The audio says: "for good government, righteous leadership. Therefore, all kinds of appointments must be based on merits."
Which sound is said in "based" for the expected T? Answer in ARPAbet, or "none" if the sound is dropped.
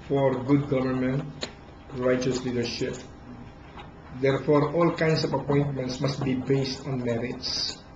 T